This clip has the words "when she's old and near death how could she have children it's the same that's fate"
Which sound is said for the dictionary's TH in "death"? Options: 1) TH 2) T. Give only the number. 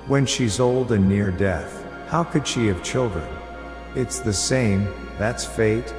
1